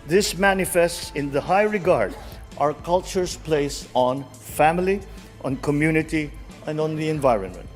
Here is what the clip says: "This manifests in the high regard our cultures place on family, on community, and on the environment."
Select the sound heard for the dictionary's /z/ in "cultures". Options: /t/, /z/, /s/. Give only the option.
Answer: /s/